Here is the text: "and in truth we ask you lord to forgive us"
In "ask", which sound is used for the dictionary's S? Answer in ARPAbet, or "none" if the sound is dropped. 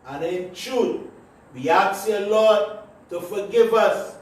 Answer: none